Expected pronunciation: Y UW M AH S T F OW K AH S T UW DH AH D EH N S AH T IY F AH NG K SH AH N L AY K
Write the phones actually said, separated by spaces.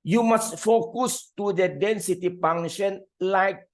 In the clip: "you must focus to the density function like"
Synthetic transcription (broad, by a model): Y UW M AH S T F OW K AH S T UW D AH D EH N S AH T IY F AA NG SH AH N L AY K